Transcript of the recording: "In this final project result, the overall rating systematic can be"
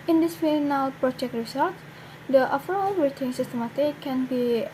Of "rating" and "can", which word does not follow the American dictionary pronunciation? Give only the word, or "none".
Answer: rating